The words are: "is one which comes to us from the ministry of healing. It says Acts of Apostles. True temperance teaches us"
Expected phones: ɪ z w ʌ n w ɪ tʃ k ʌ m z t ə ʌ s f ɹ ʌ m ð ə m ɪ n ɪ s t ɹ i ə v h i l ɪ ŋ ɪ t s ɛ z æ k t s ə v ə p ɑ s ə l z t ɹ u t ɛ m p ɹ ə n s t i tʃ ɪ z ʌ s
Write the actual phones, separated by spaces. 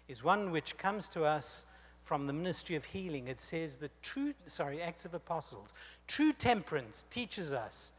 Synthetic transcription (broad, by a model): ɪ z w ʌ n w ɪ tʃ k ʌ m z t ə ʌ s f ɹ ʌ m ð ə m ɪ n ɪ s t ɹ i ə v h i l ɪ ŋ ɪ t s ɛ z æ k t s ə v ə p ɑ s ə l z t ɹ u t ɛ m p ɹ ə n s t i tʃ ɪ z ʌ s